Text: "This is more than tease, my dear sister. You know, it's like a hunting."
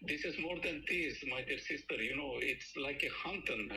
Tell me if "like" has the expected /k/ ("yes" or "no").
yes